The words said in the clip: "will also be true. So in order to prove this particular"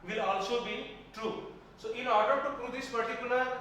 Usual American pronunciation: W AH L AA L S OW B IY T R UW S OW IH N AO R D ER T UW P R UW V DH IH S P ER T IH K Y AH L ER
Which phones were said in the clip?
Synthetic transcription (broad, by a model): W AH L AA L S OW B IY T R UW S OW IH N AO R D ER T UW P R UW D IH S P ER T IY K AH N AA